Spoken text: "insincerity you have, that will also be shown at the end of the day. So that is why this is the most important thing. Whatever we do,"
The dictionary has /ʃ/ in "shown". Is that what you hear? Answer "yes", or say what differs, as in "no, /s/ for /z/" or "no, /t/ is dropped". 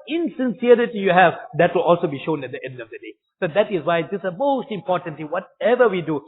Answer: yes